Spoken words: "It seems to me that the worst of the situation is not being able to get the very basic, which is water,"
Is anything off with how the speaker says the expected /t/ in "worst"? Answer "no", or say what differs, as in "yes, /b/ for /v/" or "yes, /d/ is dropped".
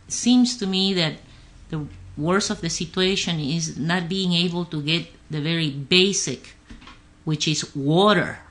yes, /t/ is dropped